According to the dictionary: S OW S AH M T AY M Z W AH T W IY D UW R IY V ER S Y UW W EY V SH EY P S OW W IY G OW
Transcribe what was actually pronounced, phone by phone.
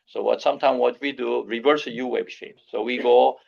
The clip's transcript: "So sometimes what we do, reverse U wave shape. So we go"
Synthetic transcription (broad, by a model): S OW S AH M T AY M W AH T W IY D UW R IY V ER S Y UW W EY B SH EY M S OW W IY G OW